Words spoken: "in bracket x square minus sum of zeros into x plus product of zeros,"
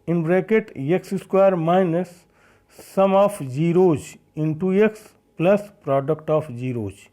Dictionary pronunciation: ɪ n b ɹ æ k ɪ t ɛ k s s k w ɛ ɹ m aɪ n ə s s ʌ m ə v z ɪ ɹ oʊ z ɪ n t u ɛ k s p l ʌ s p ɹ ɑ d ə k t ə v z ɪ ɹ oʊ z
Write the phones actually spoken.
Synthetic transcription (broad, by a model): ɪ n b ɹ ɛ k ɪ t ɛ k s s k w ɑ ɹ m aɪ n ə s s ʌ m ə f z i ɹ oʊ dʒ ɪ n t u ɛ k s p l ʌ s p ɹ ɑ d ə k t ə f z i ɹ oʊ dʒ